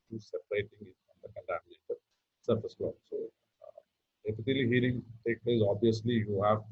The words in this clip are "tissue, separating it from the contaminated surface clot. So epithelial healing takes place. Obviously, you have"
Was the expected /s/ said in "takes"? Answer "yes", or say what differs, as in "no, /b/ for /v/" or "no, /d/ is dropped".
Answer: no, /s/ is dropped